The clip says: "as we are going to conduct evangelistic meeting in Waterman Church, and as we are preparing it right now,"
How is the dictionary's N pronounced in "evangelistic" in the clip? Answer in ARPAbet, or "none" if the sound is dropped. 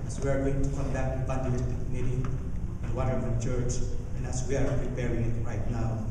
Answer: none